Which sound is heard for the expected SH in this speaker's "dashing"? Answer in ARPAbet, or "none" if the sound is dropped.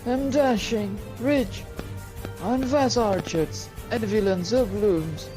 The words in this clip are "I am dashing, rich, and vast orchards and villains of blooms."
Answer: SH